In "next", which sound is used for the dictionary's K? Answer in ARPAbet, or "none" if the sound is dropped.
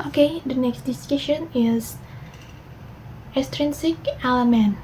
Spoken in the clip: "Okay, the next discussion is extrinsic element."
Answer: K